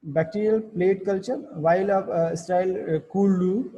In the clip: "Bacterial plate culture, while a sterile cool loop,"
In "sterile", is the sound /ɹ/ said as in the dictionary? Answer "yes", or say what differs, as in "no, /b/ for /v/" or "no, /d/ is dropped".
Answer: no, /ɹ/ is dropped